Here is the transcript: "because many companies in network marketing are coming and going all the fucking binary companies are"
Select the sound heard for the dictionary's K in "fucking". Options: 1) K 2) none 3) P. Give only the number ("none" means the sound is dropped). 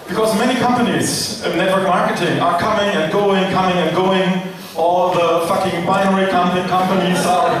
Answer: 1